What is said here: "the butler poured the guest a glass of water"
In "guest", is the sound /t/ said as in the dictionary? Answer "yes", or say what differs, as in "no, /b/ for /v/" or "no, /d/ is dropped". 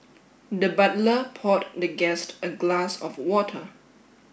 yes